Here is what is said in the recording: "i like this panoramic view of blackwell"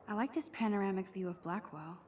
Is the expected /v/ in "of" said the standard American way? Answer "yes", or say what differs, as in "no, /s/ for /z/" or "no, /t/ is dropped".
yes